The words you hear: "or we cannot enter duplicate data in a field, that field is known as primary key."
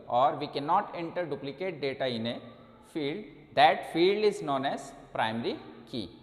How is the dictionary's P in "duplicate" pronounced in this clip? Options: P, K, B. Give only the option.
P